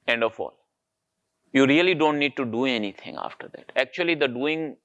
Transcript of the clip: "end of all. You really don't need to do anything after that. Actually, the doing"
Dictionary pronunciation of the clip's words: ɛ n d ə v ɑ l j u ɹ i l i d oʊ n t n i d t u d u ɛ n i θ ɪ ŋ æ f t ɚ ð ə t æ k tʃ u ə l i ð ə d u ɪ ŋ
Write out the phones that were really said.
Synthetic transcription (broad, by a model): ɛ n d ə f ɑ l j u ɹ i l i d oʊ n t n i d t u d u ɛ n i t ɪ ŋ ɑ f t ɚ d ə t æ k tʃ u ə l i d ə d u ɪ ŋ